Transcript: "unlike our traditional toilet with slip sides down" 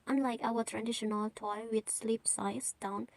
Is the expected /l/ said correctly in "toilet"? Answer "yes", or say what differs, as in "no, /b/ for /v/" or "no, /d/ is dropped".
no, /l/ is dropped